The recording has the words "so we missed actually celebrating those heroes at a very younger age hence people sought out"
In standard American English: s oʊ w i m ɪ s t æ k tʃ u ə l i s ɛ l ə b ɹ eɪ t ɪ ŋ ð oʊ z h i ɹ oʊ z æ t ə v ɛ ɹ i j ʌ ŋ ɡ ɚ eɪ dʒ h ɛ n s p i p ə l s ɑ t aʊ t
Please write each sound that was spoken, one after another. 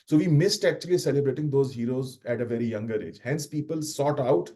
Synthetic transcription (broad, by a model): s oʊ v i m ɪ s t æ k tʃ u ə l i s ɛ l ə b ɹ eɪ t ɪ ŋ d oʊ z h i ɹ oʊ z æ t ə v ɛ ɹ i j ʌ ŋ ɡ ɚ eɪ dʒ h ɛ n s p i p ə l s ɑ t aʊ t